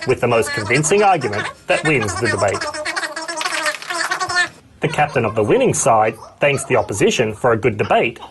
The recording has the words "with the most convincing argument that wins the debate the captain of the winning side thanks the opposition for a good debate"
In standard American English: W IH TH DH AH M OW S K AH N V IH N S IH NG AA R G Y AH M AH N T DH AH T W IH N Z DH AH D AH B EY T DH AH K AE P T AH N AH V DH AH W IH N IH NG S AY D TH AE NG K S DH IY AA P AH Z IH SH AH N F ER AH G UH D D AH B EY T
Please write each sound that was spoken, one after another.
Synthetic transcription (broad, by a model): W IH DH AH M OW S K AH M V IH N S IH NG AA R G Y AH M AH N DH AH T W IH N Z DH AH D AH B EY T DH AH K AE P T AH N AH V DH AH W IH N IH NG S AY D TH AE NG K S DH IY AA P AH Z IH SH AH N F ER AH G UH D D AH B EY T